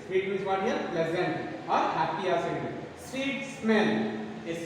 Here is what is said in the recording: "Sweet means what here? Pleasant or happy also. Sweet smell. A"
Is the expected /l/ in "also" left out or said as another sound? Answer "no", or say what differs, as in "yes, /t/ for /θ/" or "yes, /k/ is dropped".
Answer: yes, /l/ is dropped